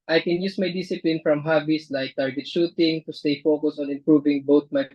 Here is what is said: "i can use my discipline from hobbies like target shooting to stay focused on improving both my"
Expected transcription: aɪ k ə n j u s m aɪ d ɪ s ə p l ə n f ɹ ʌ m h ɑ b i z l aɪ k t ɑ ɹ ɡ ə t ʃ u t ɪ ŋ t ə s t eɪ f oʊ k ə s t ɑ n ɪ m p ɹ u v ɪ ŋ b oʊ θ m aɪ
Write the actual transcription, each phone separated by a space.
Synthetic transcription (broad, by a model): aɪ k ə n j u s m aɪ d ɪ s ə p l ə n f ɹ ʌ m h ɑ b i s l aɪ k t ɑ ɹ ɡ ə t ʃ u t ɪ ŋ t ə s t eɪ f oʊ k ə s ɑ n ɪ m p ɹ u v ɪ ŋ b oʊ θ m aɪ